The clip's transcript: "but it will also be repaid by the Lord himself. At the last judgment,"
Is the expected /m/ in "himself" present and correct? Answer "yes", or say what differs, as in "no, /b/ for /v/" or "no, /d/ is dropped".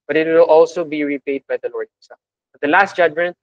no, /m/ is dropped